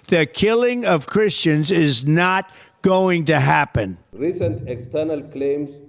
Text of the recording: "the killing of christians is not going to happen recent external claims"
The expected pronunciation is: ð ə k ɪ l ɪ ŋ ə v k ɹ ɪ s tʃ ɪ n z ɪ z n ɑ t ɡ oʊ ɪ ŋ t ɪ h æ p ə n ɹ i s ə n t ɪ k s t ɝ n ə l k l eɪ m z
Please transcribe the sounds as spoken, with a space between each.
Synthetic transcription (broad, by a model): ð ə k ɪ l ɪ ŋ ə v k ɹ ɪ s tʃ ɪ n z ɪ z n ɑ t ɡ oʊ ɪ ŋ t ɪ h æ p ə n ɹ i s ə n t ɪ k s t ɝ n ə l k l eɪ m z